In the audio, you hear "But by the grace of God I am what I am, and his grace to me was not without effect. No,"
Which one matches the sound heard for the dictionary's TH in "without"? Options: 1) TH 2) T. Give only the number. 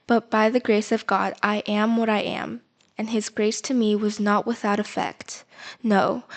1